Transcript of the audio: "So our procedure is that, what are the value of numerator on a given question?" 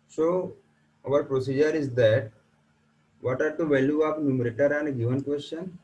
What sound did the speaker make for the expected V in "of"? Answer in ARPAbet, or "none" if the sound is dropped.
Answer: P